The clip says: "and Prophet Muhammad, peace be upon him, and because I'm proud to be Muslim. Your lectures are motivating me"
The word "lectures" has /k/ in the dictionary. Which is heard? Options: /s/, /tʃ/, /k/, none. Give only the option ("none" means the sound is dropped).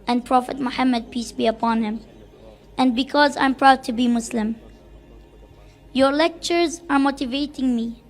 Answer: /k/